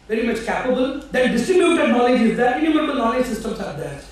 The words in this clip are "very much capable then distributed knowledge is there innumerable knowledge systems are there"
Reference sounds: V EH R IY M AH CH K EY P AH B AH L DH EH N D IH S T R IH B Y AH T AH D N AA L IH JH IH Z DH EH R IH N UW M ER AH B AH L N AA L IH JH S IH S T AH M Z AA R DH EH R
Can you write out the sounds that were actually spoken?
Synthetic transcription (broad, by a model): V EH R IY M AH CH K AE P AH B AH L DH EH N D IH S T IH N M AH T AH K N AA L IH JH IH Z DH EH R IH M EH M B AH N AA L IH JH S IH S T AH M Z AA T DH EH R